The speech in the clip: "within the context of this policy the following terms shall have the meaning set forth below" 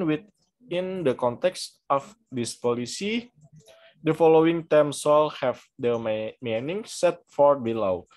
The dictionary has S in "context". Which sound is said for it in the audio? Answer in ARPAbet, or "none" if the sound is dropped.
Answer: S